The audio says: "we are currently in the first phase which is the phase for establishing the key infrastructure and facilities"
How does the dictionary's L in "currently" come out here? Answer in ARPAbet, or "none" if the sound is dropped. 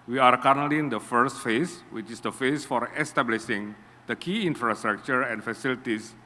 N